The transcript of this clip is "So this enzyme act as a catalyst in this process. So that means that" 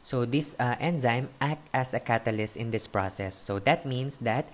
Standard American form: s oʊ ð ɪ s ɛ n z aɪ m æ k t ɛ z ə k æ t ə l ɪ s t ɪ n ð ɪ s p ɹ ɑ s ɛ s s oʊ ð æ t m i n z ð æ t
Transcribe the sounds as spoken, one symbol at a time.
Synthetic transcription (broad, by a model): s oʊ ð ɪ s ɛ n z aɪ m æ k t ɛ s ə k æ t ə l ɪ s t ɪ n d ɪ s p ɹ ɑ s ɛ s s oʊ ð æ t m i n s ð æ t